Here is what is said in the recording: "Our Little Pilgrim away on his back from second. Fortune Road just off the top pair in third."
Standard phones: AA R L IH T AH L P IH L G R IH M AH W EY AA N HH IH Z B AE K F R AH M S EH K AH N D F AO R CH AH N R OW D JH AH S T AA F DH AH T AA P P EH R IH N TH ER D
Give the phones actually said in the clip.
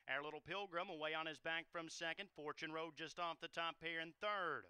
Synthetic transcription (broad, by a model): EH R L IH T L P IH L G R IH M AH W EY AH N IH Z B AE K F R AH M S EH K AH N D F AO R CH AH N R OW D JH AH S T AA F DH AH T AA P P EH R IH N TH ER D